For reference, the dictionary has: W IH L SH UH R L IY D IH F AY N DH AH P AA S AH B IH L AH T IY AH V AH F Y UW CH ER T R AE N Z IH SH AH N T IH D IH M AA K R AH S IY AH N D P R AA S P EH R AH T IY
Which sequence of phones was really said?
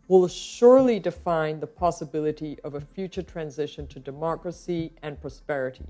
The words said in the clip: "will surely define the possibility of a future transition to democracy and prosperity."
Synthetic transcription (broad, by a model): W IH L SH UH R L IY D IH F AY N DH AH P AA S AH B IH L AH T IY AH V AH F Y UW CH ER T R AE N Z IH SH AH N T IH D IH M AA K R AH S IY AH N P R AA S P EH R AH T IY